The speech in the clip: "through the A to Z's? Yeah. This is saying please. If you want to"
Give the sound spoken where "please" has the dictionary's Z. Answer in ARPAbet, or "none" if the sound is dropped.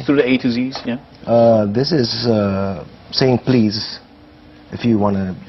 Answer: Z